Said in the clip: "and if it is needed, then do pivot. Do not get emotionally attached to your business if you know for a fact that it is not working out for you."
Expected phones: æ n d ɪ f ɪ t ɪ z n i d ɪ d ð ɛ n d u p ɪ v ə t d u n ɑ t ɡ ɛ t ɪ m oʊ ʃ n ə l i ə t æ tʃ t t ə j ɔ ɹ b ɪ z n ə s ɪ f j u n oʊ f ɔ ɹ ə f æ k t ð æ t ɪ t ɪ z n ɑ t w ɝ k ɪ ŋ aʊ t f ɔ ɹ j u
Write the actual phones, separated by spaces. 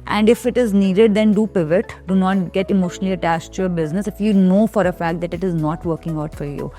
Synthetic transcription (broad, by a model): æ n d ɪ f ɪ t ɪ z n i d ɪ d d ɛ n d u p ɪ v ə t d u n ɑ t ɡ ɛ t ɪ m oʊ ʃ n ə l i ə t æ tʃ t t j ɔ ɹ b ɪ z n ə s ɪ f j u n oʊ f ɔ ɹ ə f æ k t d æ t ɪ t ɪ z n ɑ t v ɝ k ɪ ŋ aʊ t f ɔ ɹ j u